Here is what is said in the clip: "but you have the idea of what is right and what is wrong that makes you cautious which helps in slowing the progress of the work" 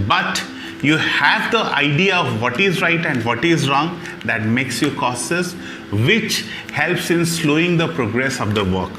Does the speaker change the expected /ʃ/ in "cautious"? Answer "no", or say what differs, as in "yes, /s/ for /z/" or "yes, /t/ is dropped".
yes, /s/ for /ʃ/